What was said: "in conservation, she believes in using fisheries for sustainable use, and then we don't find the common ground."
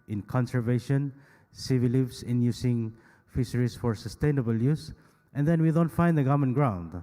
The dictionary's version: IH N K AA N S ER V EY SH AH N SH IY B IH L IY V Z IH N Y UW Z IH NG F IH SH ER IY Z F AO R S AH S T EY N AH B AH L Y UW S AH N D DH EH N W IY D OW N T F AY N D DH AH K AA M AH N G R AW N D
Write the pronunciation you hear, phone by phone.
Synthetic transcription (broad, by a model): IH N K AA N S ER V EY SH AH N S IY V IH L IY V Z IH N Y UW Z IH NG F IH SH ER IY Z F AO R S AH S T EY N AH B AH L Y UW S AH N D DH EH N W IY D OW N T F AY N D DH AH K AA M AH N G R AW N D